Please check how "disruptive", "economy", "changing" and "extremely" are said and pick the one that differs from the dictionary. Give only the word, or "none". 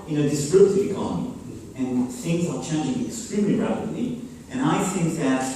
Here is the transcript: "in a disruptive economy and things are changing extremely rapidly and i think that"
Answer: disruptive